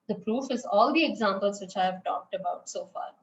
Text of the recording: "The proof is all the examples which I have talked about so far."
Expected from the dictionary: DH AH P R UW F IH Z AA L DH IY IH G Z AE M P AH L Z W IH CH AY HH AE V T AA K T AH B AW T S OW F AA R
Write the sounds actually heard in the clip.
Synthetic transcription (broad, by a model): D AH P R UW F IH Z AA L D IY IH G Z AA M P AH L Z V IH CH AY HH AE V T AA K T AH B AW T S OW F AA R